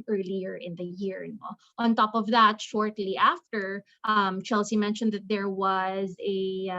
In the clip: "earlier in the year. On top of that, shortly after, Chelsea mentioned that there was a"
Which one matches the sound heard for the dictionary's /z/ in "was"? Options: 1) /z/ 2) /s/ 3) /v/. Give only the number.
1